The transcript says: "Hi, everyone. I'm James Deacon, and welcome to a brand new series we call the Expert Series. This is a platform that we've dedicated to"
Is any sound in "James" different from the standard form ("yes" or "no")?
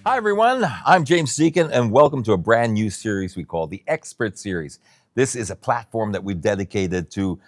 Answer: no